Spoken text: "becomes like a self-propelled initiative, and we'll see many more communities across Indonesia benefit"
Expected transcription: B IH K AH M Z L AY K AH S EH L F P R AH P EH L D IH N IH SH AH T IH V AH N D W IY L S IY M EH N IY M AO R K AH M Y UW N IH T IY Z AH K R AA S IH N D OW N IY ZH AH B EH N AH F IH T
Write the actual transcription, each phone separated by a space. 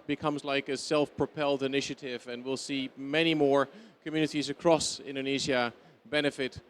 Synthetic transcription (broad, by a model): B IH K AH M Z L AY K AH S EH L F P R AH P EH L D IH N IH SH AH T IH V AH N W IY L S IY M EH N IY M AO R K AH M Y UW N IH T IY Z AH K R AA S IH N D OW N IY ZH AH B EH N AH F IH T